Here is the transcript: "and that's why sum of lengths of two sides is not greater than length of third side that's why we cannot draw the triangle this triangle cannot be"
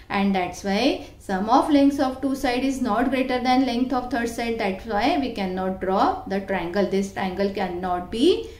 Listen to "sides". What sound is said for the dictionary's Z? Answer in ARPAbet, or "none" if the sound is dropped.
none